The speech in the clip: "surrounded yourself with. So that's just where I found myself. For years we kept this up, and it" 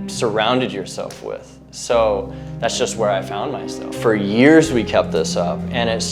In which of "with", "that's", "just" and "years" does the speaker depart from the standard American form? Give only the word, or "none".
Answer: none